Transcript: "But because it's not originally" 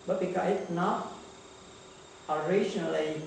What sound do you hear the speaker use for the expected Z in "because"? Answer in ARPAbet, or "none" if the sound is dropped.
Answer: none